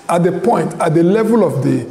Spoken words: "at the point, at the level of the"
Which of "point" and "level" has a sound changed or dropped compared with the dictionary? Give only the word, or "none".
none